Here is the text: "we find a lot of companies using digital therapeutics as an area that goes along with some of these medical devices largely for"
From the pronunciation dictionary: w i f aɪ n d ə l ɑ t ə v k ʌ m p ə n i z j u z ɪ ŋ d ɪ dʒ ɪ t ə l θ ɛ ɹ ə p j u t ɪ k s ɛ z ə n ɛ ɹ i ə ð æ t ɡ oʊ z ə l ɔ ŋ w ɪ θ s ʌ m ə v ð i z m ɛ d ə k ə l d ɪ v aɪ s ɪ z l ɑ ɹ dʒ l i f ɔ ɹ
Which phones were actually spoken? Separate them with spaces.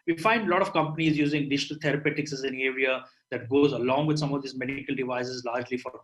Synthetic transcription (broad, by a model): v i f aɪ n d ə l ɑ t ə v k ʌ m p ə n i z j u z ɪ ŋ d ɪ dʒ ɪ t ə l t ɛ ɹ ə p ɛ t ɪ k s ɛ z ə n ɛ ɹ i ə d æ t ɡ oʊ z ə l ɔ ŋ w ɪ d s ʌ m ə v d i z m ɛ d k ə l d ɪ v aɪ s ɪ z l ɑ ɹ dʒ l i f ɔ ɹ